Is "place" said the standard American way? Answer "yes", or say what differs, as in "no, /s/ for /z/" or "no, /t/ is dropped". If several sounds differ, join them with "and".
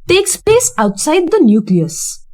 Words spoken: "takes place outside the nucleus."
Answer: no, /l/ is dropped